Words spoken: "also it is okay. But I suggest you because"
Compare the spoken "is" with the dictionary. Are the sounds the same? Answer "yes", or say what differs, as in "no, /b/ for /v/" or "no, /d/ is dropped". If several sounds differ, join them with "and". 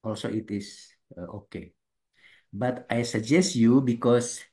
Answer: no, /s/ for /z/